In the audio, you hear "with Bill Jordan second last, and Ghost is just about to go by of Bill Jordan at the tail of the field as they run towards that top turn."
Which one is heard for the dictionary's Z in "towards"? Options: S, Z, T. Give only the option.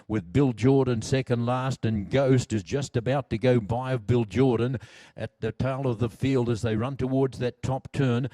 Z